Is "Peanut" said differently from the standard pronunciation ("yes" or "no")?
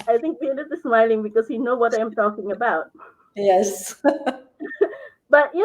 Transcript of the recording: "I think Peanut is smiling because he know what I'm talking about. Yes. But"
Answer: yes